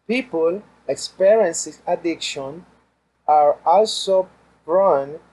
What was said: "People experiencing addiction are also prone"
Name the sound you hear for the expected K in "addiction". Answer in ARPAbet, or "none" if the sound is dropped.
K